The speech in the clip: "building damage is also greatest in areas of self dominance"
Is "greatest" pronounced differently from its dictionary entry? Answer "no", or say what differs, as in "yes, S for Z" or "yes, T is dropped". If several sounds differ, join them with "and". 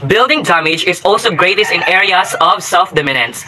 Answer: no